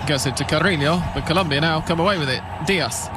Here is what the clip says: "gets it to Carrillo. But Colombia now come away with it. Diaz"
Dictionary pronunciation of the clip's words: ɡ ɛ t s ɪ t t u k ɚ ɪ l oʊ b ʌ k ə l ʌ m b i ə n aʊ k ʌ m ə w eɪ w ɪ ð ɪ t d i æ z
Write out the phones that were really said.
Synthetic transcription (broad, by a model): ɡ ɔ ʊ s ɪ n t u k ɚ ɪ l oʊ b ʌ k ə l ʌ m b i ə n aʊ k ʌ m ə w eɪ w ɪ ð ɪ t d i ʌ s